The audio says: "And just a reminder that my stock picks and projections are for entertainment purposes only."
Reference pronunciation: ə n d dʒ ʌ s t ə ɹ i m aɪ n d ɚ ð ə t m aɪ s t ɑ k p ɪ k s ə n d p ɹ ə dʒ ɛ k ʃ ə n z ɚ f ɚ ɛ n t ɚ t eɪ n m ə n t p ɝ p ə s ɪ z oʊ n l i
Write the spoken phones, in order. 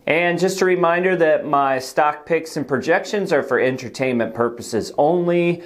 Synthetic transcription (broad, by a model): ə n dʒ ʌ s t ə ɹ i m aɪ n d ɚ ð ə t m aɪ s t ɑ k p ɪ k s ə n p ɹ ə dʒ ɛ k ʃ ə n z ɚ f ɚ ɛ n t ɚ t eɪ n m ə n p ɝ p ə s ɪ z oʊ n l i